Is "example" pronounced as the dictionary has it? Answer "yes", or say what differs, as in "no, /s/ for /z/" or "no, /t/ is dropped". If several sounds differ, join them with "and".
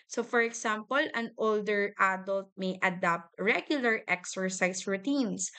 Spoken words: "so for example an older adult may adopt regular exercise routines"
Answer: no, /s/ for /z/